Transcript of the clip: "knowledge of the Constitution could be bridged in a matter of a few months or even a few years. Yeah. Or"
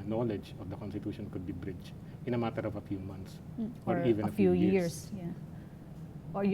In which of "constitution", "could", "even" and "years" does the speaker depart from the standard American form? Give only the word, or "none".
years